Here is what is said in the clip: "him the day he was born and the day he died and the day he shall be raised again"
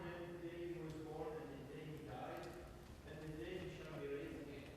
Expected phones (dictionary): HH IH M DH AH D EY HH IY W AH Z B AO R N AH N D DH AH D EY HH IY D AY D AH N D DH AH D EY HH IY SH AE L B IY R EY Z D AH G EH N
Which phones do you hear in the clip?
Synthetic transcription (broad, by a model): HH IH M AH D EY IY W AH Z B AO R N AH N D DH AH D EY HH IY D AY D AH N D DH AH D EY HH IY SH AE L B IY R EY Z AH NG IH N